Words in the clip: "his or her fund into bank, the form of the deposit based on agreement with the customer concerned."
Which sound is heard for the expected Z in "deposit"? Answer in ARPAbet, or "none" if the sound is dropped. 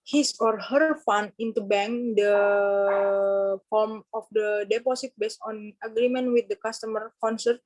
S